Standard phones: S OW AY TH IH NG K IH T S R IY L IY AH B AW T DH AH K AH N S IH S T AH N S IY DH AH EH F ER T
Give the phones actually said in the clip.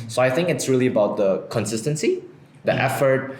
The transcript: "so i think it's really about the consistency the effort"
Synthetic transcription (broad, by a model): S OW AY TH IH NG K IH T S R IY L IY AH B AW T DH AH K AH N S IH S T AH N S IY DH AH EH F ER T